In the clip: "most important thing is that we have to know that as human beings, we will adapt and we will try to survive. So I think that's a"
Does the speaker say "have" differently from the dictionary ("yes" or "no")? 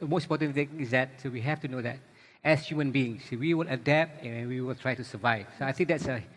yes